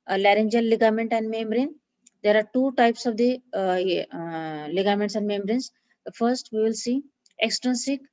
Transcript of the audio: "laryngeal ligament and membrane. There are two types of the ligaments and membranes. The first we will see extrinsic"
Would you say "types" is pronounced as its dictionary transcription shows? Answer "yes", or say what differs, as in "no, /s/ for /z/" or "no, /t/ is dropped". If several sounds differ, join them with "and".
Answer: yes